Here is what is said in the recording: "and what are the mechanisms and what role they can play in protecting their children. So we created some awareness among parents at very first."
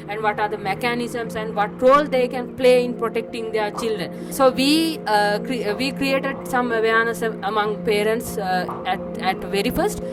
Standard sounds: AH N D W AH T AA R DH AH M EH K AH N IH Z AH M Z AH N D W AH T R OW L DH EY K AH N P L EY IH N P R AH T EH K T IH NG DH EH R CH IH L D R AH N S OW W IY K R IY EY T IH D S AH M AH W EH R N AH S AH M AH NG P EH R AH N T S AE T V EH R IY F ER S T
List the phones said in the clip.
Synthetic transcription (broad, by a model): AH N D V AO T AA R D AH M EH K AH N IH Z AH M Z AH N D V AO T R OW L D EY K AH N P L EY IH N P R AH T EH K T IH NG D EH R CH IH L D R AH N S OW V IY K R IY EY T IH D S AH M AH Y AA N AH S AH M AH NG P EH R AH N T S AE T V EH R IY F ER S T